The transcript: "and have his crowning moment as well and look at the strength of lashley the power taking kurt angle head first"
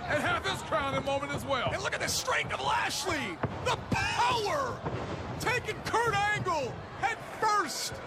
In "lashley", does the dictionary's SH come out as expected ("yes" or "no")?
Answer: yes